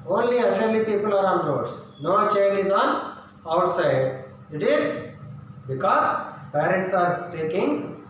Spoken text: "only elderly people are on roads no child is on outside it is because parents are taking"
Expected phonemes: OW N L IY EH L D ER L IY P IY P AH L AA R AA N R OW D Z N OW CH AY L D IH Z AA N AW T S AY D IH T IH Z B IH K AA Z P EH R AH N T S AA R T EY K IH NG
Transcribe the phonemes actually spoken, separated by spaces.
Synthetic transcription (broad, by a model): OW N L IY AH N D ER L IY P IY P AH L AA R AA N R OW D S N OW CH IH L IH Z AA N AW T S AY D IH T IH Z B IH K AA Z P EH R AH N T S AA R T EY K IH NG